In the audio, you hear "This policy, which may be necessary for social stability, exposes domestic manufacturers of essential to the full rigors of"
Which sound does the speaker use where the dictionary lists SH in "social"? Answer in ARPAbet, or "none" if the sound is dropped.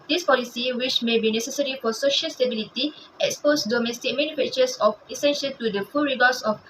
SH